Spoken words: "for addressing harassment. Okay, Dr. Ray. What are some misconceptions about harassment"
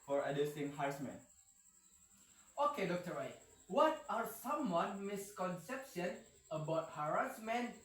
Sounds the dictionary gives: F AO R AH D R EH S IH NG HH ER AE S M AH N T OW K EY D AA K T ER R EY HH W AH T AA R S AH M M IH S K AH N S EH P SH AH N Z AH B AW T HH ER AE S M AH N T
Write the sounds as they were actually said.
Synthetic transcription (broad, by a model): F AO R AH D EH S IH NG HH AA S M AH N OW K EY D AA K T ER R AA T W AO T AA R S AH M M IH S K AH N S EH P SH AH N AH B AW T HH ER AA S M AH N